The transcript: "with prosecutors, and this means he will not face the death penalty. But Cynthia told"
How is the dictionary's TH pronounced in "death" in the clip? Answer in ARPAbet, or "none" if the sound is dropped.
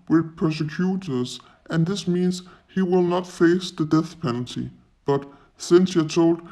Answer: TH